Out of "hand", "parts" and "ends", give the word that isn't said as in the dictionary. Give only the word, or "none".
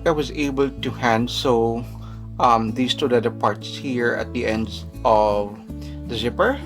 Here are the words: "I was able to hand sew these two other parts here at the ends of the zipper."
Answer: ends